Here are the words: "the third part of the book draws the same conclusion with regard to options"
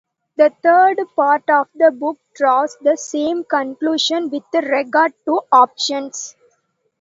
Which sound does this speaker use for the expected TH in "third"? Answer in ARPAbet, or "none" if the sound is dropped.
T